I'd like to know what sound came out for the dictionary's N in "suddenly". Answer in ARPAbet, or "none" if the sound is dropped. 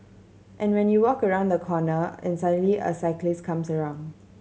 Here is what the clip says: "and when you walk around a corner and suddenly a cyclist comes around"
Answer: none